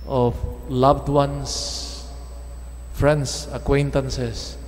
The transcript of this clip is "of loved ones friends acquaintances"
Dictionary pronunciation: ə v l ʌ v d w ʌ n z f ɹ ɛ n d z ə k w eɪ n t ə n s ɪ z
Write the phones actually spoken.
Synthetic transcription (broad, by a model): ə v l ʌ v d w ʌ n s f ɹ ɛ n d s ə k w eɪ n t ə n s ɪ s